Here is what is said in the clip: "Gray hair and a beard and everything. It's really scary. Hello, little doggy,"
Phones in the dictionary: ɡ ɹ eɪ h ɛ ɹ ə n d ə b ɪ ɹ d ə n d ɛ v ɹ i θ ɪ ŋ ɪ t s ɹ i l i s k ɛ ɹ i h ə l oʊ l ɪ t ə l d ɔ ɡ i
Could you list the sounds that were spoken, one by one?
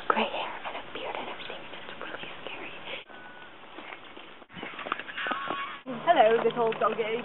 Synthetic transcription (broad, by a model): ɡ ɹ eɪ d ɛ ɹ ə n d ə b ɪ ɹ d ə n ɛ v ɹ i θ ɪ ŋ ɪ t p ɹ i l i s k ɛ ɹ i h ə l oʊ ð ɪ s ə l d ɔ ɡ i